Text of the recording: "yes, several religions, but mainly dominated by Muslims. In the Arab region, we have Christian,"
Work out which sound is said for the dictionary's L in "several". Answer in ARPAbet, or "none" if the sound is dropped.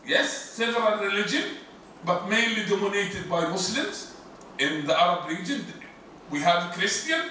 N